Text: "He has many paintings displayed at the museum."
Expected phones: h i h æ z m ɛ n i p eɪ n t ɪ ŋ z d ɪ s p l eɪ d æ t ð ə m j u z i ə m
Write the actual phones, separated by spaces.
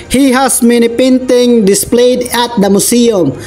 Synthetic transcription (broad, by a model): h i h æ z m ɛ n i p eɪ n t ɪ ŋ d ɪ s p l eɪ d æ t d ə m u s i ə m